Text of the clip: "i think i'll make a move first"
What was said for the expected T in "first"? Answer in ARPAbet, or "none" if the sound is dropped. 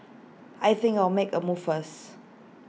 none